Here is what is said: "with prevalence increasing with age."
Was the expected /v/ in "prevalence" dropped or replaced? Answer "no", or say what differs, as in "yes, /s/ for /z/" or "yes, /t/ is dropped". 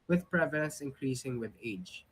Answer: no